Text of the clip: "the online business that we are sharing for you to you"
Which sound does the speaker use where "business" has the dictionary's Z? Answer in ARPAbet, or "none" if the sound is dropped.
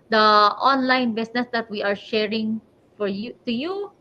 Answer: S